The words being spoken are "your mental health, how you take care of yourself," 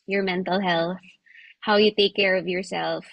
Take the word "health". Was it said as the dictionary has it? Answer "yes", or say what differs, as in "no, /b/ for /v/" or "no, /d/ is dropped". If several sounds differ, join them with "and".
yes